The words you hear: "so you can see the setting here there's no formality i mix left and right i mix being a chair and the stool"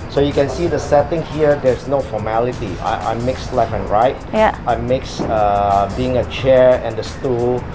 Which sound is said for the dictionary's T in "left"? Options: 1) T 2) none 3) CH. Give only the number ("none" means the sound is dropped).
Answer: 2